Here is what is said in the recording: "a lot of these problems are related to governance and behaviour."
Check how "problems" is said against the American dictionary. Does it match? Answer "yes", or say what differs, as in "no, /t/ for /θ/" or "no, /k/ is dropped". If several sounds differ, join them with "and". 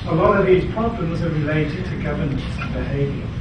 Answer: yes